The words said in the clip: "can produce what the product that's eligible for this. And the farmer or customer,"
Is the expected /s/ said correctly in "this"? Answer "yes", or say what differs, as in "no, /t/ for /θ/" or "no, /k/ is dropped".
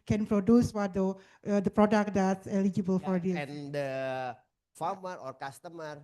no, /s/ is dropped